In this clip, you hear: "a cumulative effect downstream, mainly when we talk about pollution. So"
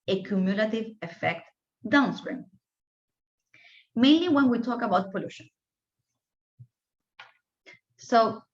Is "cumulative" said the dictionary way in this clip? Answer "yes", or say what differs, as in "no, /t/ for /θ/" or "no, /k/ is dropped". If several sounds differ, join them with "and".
yes